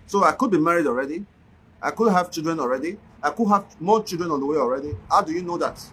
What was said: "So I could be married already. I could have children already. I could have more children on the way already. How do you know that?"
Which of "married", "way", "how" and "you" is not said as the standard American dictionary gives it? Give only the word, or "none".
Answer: none